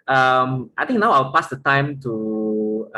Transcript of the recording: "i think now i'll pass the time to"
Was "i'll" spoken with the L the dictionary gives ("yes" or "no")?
no